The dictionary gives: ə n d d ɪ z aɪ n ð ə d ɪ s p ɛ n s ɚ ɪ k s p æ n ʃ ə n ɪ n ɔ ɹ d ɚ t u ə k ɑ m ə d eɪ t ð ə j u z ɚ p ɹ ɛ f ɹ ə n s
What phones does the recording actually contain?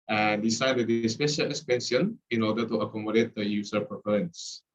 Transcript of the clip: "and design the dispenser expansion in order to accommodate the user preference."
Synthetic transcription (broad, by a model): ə n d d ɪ s aɪ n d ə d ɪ s p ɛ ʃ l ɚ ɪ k s p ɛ n s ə n ɪ n ɔ d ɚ t u ə k ɑ m ə d eɪ t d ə j u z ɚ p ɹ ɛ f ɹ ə n s